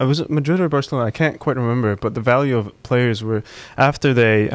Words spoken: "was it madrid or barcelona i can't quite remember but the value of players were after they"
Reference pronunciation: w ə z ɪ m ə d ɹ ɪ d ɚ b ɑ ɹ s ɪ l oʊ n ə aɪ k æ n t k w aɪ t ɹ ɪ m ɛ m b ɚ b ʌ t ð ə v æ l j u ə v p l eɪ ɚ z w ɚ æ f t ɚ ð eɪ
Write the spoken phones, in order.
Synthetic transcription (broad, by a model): w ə z m ə d ɹ ɪ d ɚ b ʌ ɹ s l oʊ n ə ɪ k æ n k w aɪ t ɹ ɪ m ɛ m b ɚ b ʌ t ð ə v æ l j u ə v p l eɪ ɚ z w ɚ æ f t ɚ ð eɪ